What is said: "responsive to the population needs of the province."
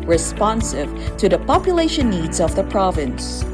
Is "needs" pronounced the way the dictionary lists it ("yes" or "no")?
yes